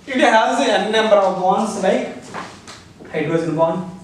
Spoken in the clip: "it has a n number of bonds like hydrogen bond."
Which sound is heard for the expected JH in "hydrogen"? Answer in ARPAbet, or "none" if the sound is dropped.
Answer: none